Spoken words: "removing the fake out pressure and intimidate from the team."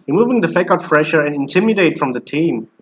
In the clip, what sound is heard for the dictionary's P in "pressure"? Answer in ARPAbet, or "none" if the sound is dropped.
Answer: F